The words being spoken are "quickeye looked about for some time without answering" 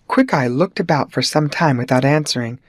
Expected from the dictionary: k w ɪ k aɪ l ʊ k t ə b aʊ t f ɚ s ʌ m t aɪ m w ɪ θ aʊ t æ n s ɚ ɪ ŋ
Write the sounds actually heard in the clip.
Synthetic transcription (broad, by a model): k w ɪ k aɪ l ʊ k t ə b aʊ t f ɚ s ʌ m t aɪ m w ɪ θ aʊ t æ n s ɚ ɪ ŋ